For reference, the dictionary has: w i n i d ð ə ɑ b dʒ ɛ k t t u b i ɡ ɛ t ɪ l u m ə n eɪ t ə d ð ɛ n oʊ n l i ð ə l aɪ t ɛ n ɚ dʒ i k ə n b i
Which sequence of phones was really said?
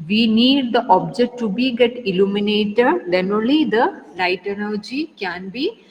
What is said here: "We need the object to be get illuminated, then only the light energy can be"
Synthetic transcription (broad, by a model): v i n i d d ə ɑ b dʒ ɛ k t t u b i ɡ ɛ t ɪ l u m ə n eɪ t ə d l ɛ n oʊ l i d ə l aɪ t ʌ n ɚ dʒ i k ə n b i